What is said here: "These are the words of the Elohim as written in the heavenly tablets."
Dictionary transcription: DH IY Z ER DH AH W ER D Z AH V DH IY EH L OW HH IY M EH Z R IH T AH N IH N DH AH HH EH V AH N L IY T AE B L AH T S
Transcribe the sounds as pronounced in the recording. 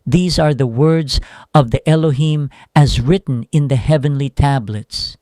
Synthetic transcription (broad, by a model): DH IY Z ER DH AH W ER D Z AH V DH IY EH L OW HH IY M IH Z R IH T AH N IH N DH AH HH EH V AH N L IY T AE B L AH T S